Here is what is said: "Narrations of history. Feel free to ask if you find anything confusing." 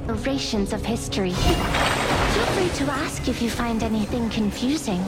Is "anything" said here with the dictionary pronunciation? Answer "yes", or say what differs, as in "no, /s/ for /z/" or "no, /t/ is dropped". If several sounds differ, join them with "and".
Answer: yes